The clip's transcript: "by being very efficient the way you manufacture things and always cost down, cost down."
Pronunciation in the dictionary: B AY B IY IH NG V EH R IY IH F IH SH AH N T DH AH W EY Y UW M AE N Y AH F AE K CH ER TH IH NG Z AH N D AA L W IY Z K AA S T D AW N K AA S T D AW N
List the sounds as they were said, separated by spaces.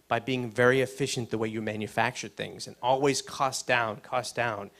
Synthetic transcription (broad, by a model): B AY B IY IH NG V EH R IY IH F IH SH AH N DH AH W EY Y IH M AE N Y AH F AE K CH ER TH IH NG Z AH N AA L W IY Z K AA S D AW N K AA S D AW N